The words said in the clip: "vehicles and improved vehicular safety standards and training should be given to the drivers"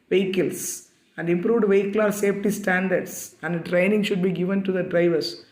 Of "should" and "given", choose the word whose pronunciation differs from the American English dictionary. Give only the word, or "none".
none